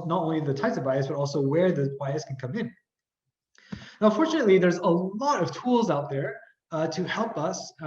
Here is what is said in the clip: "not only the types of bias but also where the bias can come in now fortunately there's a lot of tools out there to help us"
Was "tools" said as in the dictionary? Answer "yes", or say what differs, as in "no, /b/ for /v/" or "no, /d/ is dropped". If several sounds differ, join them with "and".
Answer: yes